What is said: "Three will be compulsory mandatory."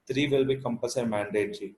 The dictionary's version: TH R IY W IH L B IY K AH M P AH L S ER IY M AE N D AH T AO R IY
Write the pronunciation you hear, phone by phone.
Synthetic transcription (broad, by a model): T R IY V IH L B IY K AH M P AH S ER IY M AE N D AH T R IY